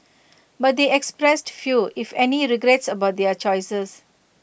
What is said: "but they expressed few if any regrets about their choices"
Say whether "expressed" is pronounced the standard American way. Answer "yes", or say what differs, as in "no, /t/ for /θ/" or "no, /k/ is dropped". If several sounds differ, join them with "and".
yes